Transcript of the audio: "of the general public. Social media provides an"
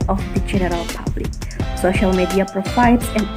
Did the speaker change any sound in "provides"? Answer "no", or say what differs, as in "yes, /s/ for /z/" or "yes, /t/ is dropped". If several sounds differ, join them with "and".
yes, /f/ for /v/